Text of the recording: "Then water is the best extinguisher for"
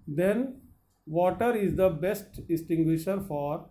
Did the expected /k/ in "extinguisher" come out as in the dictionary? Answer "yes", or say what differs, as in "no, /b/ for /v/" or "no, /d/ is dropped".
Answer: no, /k/ is dropped